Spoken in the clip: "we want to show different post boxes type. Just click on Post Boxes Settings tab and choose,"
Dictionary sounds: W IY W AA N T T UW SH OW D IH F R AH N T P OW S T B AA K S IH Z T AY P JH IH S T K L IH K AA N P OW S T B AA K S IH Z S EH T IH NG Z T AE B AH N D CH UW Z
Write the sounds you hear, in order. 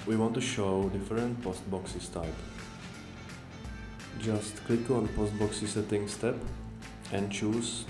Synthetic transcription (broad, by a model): W IY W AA N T T UW SH OW D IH F R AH N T P OW S T B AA K S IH S T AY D JH IH S T K L IH K AA N P OW S T B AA K S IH S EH T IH NG S T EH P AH N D CH UW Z